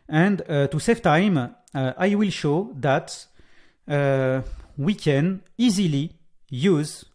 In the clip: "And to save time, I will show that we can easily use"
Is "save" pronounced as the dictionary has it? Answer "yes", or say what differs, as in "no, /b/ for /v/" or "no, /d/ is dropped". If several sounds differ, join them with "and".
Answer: no, /f/ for /v/